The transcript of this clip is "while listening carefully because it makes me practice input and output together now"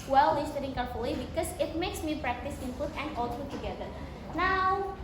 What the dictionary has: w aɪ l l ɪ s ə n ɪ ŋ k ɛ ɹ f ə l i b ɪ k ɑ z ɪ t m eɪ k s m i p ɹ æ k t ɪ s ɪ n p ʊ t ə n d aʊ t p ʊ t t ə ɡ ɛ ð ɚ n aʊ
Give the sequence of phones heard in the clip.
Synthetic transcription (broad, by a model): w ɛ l l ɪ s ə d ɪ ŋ k ɛ ɹ f ə l i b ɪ k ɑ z ɪ t m eɪ k s m i p ɹ æ k t ɪ s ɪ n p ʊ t ə n d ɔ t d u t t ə ɡ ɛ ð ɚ n aʊ